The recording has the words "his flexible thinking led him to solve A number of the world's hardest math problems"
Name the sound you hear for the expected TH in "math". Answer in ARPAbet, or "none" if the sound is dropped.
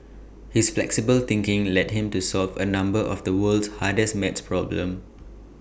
S